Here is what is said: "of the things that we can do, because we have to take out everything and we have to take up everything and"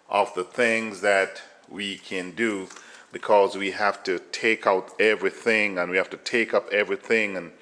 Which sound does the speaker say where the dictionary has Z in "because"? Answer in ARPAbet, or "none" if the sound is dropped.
Z